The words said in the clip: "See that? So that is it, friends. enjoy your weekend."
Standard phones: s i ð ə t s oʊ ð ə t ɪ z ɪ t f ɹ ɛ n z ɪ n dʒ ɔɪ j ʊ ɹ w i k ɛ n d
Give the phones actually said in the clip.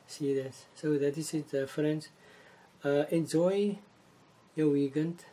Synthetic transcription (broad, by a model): s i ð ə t s oʊ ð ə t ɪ s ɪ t f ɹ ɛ n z ɪ n dʒ ɔɪ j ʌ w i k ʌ n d